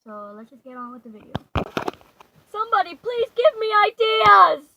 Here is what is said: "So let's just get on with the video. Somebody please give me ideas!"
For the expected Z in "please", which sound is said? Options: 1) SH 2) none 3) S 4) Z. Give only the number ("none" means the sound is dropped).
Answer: 4